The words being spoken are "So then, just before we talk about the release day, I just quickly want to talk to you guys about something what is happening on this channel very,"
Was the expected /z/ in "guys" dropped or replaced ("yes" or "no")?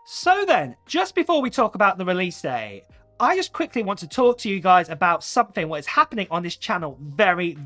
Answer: no